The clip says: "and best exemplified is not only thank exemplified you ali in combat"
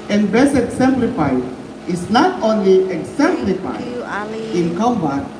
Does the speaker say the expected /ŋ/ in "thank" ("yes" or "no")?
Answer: no